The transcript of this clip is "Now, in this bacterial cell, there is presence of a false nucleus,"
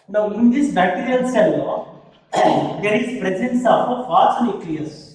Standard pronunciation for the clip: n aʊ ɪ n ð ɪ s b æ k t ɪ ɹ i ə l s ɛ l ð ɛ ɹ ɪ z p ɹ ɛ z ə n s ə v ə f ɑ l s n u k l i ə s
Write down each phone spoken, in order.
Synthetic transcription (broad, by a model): n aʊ ɪ n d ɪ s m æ t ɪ ɹ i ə l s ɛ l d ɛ ɹ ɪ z p ɹ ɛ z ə n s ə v ə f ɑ s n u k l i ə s